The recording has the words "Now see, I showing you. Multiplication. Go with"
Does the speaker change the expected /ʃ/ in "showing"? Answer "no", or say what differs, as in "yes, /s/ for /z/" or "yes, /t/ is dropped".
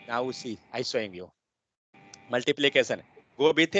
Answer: yes, /s/ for /ʃ/